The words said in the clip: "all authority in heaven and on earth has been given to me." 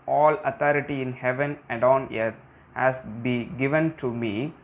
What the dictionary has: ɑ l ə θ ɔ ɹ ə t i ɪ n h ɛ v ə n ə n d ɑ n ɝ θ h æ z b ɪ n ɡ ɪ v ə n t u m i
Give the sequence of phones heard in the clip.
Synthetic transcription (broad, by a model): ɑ l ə t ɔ ɹ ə t i ɪ n h ɛ v ə n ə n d ɑ n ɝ t h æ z b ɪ ɡ ɪ v ə n t u m i